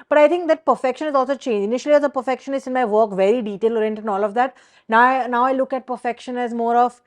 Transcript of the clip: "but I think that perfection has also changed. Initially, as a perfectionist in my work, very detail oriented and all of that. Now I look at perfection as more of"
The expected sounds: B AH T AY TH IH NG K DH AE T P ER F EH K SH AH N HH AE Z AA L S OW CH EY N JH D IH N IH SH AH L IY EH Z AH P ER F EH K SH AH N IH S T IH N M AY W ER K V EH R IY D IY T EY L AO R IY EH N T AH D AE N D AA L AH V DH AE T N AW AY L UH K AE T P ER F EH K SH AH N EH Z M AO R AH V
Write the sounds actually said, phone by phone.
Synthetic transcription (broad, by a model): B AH T AY T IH NG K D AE T P ER F EH K SH AH N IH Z AA L S OW CH EY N JH IH N IH SH AH L IY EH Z AH P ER F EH K SH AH N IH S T IH N M AY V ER K V EH R IY D IY T EY L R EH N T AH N AA L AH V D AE T N AW AY L UH K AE T P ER F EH K SH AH N EH Z M AO R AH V